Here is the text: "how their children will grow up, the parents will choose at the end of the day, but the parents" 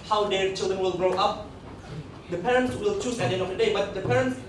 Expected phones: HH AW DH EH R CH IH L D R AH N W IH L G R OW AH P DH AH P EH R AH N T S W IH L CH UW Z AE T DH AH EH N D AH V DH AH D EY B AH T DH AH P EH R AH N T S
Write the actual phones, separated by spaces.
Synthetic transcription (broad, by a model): HH AW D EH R CH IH L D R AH N W IH L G R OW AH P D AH P EH R AH N T S W IH L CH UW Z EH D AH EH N AH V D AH D EY B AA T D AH P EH R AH N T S